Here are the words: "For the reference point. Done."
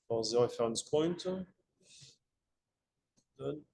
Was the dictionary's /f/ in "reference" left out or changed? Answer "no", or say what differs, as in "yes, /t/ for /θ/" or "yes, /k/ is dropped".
yes, /f/ is dropped